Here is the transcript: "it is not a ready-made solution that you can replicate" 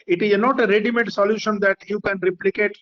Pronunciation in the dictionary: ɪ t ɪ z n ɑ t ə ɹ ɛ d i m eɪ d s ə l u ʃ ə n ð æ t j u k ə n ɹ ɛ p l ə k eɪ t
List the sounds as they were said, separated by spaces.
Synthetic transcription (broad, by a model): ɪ t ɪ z n ɑ t ə ɹ ɛ d i m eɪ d s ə l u ʃ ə n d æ t j u k ə n ɹ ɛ p l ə k eɪ t